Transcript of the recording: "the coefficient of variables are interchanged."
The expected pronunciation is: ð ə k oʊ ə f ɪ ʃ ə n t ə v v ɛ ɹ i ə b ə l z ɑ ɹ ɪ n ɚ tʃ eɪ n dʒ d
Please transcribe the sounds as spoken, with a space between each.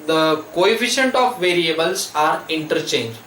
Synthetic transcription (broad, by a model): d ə k oʊ ə f ɪ ʃ ə n t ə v v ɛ ɹ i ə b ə l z ɑ ɹ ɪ n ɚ tʃ eɪ n dʒ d